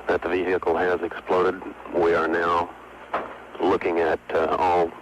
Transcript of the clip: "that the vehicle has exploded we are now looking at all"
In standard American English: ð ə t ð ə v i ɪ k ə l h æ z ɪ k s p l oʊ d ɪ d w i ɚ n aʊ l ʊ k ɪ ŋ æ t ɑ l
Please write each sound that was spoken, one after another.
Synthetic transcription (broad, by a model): ð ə t ð ə v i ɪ ə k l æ z ɪ k s p l oʊ d ɪ d w i ɚ n aʊ l ʊ k ɪ ŋ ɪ t ɑ l